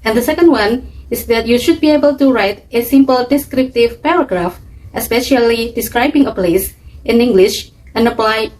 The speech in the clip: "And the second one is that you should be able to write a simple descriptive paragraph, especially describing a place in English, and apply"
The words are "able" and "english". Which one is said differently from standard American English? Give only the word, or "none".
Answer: none